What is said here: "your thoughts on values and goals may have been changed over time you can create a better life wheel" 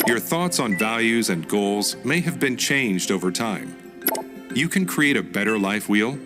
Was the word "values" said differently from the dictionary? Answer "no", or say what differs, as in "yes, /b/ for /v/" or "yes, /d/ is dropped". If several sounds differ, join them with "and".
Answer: no